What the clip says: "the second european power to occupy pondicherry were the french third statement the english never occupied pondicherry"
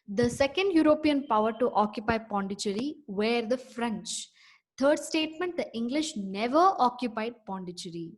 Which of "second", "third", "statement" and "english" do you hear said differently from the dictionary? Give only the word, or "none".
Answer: third